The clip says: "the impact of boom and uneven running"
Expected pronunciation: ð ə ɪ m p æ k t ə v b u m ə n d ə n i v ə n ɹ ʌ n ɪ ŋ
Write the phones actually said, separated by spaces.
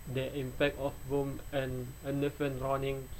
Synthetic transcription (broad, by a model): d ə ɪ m p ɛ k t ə f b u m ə n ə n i f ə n ɹ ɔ n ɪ ŋ